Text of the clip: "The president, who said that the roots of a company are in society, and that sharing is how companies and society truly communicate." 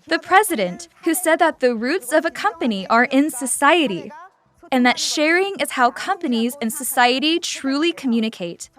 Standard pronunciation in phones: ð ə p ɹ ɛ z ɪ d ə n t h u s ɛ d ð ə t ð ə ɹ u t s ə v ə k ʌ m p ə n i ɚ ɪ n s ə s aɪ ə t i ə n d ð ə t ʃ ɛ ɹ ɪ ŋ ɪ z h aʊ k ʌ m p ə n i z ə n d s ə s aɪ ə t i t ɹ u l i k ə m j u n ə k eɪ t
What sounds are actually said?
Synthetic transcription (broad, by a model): ð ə p ɹ ɛ z ɪ d ə n t h u s ɛ d ð ə t ð ə ɹ u t s ə v ə k ʌ m p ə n i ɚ ɪ n s ə s aɪ ə t i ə n ð ə t ʃ ɛ ɹ ɪ ŋ ɪ z h aʊ k ʌ m p ə n i z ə n s ə s aɪ ə t i t ɹ u l i k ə m j u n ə k eɪ t